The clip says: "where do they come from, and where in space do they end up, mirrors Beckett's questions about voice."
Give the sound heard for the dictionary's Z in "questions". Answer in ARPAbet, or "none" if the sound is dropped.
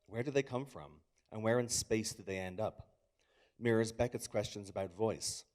Z